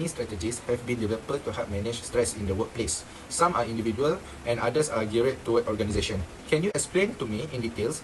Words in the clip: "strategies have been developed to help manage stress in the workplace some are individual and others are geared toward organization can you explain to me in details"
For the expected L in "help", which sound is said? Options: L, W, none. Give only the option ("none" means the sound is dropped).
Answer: none